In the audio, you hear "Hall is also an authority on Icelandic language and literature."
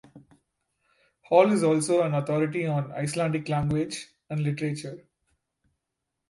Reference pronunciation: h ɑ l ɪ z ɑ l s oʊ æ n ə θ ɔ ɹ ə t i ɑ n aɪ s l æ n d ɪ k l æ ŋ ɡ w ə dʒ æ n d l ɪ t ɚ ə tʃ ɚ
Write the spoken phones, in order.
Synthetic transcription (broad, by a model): h ɑ l ɪ z ɑ l s oʊ æ n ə t ɔ ɹ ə t i ɑ n aɪ s l æ n d ɪ k l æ ŋ ɡ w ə dʒ æ n d l ɪ t ɚ ə tʃ ɚ